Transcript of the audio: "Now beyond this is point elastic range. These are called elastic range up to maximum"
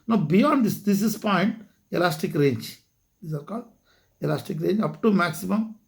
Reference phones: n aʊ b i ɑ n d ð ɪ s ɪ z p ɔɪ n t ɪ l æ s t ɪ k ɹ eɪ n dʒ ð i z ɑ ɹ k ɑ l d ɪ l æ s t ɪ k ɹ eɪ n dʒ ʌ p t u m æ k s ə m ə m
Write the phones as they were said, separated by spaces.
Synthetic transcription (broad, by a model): n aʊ b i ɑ n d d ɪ s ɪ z p ɔɪ n t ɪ l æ s t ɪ k ɹ eɪ n dʒ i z ɑ ɹ k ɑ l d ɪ l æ s t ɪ k ɹ eɪ n dʒ ʌ p t u m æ k s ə m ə m